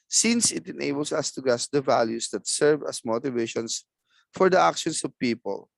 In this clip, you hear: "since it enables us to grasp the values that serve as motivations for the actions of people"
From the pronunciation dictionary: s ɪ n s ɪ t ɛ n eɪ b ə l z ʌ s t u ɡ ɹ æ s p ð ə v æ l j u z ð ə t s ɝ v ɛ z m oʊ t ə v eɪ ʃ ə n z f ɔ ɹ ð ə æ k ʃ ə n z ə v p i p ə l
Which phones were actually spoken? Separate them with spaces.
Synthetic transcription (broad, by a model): s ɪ n s ɪ t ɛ n eɪ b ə l s ʌ s t u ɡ æ s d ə v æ l j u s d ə t s ɝ v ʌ s m oʊ t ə v eɪ ʃ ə n s f ɔ ɹ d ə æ k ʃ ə n s ə v p i p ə l